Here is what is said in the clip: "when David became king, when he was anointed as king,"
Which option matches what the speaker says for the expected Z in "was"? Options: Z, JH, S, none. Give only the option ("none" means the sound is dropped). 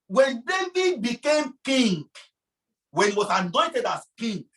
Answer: S